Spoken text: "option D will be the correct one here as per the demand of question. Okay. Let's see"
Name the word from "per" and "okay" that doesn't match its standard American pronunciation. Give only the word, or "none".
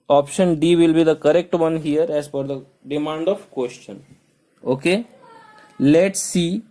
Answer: per